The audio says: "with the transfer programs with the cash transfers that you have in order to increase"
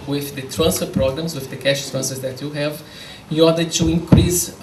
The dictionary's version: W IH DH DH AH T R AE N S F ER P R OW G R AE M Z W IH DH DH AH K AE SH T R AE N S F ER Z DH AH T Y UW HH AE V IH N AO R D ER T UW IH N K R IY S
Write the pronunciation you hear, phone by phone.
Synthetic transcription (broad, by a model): W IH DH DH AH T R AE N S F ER P R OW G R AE M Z W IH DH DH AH K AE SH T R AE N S ER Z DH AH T Y UW HH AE V IH N AO R D ER T UW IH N K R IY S